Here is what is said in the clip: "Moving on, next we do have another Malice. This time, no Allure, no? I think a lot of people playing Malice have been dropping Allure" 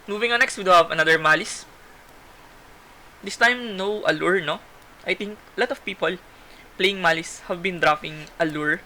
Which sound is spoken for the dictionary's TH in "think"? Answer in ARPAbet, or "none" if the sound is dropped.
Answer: T